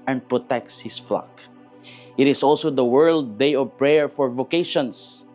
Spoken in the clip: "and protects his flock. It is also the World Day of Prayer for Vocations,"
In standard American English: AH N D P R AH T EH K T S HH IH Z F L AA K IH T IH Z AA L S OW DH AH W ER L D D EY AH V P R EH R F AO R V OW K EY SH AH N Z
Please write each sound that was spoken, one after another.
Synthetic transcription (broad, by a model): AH N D P R AH T EH K T S HH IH S F L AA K IH T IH S AA L S OW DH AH W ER L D D EY AH V P R EH R F AO R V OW K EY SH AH N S